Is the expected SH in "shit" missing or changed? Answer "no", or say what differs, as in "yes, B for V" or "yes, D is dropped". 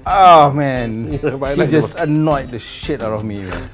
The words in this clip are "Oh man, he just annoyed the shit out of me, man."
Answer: no